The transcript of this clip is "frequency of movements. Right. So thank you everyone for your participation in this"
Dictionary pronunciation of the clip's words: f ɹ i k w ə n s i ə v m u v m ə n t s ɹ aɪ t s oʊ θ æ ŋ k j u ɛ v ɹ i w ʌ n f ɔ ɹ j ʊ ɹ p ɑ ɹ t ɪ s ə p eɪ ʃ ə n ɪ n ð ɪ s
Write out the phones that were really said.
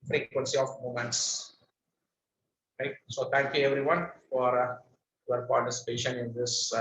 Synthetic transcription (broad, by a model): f ɹ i k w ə n s i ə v m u m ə n t s ɹ aɪ t s oʊ t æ ŋ k j u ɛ v ɹ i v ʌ n f ɔ ɹ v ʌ ɹ p ɑ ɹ t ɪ s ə p eɪ ʃ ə n ɪ n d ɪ s